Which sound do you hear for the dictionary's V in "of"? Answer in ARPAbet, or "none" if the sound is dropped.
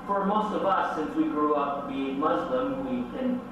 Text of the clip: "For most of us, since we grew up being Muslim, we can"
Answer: V